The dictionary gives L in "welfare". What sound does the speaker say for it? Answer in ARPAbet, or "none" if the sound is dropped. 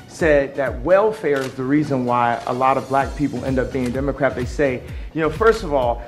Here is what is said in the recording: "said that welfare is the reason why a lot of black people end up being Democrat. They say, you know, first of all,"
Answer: L